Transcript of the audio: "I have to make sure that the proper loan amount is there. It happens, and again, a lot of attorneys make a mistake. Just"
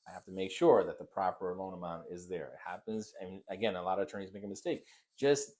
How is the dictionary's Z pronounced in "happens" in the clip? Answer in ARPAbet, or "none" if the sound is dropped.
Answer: Z